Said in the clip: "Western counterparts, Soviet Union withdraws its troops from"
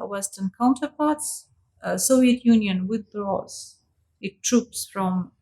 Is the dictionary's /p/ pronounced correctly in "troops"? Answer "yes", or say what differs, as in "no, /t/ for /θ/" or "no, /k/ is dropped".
yes